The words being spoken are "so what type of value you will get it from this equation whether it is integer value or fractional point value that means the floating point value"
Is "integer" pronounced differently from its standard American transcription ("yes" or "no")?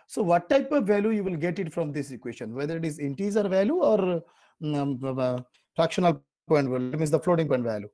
yes